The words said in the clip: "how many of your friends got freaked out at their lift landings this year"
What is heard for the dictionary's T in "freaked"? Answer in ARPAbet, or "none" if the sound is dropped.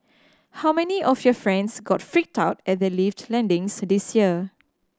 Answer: T